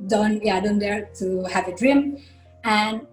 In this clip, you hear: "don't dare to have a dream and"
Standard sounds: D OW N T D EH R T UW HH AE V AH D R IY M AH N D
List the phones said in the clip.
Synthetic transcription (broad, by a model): D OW N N D EH R T UW HH AE V AH D R IY M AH N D